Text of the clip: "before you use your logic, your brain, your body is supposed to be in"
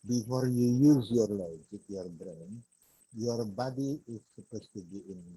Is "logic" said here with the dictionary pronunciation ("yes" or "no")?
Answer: no